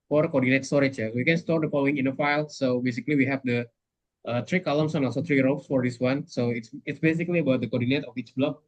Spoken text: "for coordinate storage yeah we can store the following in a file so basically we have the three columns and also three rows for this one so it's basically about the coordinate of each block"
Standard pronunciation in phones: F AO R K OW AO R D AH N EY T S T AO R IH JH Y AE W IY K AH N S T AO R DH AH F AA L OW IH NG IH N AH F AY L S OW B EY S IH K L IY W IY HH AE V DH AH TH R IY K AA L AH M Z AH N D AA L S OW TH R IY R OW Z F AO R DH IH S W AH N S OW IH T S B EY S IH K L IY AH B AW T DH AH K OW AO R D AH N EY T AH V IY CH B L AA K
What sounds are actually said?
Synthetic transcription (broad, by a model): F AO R K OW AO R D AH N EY T S T AO R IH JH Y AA W IY K AH N S T AO R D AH F AA L OW IH NG IH N AH F AY L S OW B EY S IH K L IY W IY HH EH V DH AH T R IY K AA L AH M S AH N AA L S OW T R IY R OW S F AO R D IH S W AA N S OW IH T S B EY S IH K L IY AH B AW T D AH K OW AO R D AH N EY T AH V IY CH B L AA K